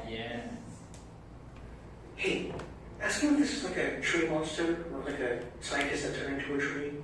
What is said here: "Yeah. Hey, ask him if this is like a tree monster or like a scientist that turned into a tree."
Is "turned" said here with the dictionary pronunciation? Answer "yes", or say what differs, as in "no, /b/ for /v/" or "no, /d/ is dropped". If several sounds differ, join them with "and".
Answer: no, /d/ is dropped